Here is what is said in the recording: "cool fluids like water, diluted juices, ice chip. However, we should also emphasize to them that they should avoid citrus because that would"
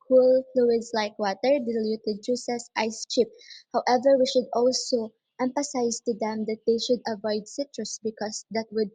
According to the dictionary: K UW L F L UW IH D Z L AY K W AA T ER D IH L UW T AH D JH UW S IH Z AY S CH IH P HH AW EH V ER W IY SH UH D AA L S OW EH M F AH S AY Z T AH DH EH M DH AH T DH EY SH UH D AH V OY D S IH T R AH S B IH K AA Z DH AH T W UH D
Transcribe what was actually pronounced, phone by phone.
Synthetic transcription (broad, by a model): K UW L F L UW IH D S L AY K W AA T ER D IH L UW T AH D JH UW S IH S AY S CH IH P HH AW EH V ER W IY SH UH D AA L S OW EH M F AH S AY S T AH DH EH M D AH T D EY SH UH D AH V OY D S IH T R AH S B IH K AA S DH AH T W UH D